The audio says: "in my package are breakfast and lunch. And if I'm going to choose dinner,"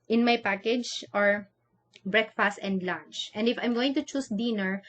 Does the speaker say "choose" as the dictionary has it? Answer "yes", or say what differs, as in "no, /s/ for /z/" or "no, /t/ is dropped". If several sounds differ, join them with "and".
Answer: no, /s/ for /z/